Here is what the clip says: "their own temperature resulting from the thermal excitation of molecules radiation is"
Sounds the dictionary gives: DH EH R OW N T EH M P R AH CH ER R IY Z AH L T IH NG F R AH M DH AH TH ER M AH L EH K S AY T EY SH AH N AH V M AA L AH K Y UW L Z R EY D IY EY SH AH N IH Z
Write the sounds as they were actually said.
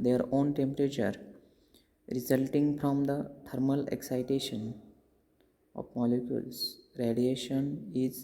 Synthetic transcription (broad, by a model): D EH R OW N T EH M P R AH CH ER R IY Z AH L T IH NG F R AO M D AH T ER M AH L EH K S AY T EY SH AH N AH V M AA L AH K Y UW L S R EY D IY EY SH AH N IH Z